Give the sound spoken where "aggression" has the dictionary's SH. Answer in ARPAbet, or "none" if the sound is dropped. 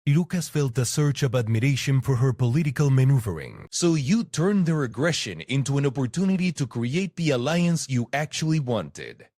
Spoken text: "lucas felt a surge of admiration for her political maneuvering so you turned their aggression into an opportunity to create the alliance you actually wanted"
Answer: SH